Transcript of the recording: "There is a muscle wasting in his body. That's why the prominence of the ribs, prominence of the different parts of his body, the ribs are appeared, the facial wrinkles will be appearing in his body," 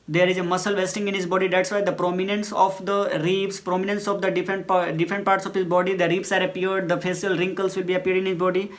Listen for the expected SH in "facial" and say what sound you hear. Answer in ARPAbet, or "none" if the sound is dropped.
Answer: S